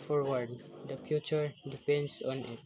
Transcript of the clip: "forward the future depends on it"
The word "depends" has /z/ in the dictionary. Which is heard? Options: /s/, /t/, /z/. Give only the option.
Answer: /s/